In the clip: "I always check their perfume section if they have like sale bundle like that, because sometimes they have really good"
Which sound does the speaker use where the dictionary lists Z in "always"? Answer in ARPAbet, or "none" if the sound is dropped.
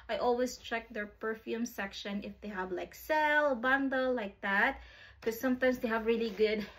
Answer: S